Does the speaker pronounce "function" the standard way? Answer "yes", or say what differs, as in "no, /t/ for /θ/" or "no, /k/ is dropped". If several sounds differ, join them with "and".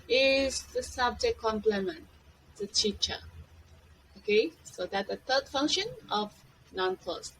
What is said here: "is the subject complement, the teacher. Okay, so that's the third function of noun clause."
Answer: yes